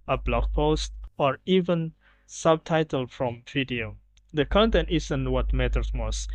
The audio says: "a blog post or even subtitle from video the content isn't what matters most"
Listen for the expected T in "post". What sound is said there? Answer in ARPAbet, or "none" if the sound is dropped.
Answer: T